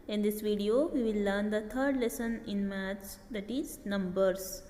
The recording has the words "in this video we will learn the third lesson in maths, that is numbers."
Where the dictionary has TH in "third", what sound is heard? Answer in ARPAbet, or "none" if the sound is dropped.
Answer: T